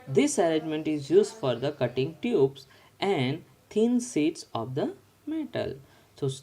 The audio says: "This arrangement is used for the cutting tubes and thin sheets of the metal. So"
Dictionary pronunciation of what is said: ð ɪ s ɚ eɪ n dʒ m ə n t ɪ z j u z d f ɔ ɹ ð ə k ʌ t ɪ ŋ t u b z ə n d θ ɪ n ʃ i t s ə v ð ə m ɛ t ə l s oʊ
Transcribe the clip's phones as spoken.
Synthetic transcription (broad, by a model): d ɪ s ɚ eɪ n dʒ m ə n t ɪ z j u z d f ɔ ɹ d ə k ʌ t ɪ ŋ t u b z ə n d t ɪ n s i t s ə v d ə m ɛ t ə l s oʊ